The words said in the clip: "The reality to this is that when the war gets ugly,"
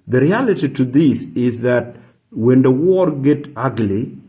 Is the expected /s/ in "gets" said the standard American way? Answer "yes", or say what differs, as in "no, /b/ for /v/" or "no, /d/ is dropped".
no, /s/ is dropped